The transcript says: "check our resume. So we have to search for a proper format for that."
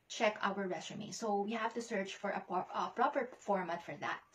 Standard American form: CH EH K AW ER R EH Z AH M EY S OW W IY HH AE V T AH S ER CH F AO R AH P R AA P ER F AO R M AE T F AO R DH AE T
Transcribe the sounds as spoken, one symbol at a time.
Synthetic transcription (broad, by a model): CH EH K AW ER R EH S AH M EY S OW W IY HH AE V T AH S ER CH F AO R AH P R AA P ER F AO R M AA T F AO R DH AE T